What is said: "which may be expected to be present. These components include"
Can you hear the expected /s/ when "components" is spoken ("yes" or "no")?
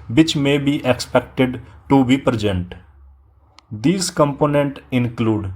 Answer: no